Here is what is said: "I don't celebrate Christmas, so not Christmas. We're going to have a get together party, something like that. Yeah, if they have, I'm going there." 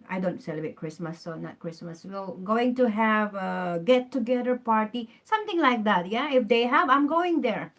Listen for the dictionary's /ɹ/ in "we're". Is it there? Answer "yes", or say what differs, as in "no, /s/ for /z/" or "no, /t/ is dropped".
no, /l/ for /ɹ/